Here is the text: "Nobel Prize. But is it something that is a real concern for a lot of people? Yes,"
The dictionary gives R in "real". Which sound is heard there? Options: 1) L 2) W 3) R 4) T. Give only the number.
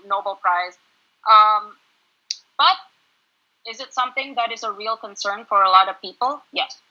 3